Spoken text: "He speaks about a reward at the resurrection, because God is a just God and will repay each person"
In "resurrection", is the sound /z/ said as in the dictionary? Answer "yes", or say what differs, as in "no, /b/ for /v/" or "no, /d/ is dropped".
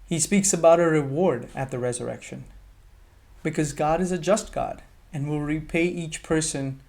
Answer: yes